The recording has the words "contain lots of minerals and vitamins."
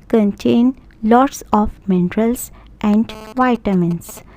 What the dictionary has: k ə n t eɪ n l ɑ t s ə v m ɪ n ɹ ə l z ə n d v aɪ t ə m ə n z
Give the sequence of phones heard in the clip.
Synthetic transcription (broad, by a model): k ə n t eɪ n l ɑ t s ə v m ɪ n ɹ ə l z ə n d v aɪ t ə m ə n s